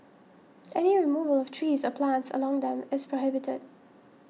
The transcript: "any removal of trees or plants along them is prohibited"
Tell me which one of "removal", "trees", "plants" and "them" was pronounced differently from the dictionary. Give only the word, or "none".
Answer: none